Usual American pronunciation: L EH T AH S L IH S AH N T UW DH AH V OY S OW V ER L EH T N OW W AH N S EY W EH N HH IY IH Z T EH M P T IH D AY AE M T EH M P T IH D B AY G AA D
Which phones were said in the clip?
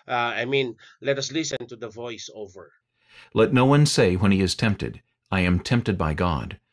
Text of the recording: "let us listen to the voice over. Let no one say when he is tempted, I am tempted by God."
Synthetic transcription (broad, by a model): L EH T AH S L IH S AH N T UW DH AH V OY S OW V ER L EH T N OW W AH N S EY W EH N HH IY IH Z T EH M P T IH D AY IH M T EH M P T IH D B AY G AA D